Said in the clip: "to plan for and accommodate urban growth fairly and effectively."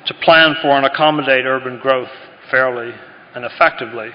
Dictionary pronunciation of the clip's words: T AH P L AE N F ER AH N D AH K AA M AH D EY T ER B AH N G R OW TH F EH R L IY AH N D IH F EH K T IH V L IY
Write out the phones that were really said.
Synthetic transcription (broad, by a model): T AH P L AE N F ER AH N AH K AA M AH D EY T ER B AH N G R OW TH F EH R L IY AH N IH F EH K T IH V L IY